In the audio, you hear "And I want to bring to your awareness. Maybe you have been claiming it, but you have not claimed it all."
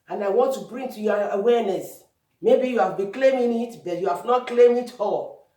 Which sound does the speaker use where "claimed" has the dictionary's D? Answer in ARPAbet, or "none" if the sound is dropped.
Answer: none